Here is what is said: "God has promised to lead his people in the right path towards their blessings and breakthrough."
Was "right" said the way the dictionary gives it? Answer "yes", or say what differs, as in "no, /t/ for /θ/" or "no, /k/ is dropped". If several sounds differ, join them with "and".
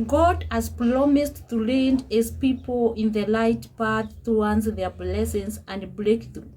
no, /l/ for /ɹ/